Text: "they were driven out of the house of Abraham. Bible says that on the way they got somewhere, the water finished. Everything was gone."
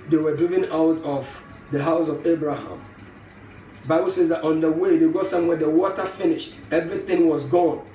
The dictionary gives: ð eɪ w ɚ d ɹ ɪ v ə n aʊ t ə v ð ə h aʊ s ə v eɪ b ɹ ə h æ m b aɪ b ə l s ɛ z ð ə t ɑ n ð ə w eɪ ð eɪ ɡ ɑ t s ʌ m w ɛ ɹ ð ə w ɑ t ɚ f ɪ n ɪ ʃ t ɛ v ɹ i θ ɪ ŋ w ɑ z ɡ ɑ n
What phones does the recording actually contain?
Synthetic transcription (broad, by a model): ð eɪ w ɚ d ɹ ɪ v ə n aʊ t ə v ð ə h aʊ s ə v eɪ b ɹ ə h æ m b aɪ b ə l s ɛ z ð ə t ɑ n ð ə w eɪ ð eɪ ɡ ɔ s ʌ m w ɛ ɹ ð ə w ɑ t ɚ f ɪ n ɪ ʃ t ɛ v ɹ i θ ɪ ŋ w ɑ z ɡ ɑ n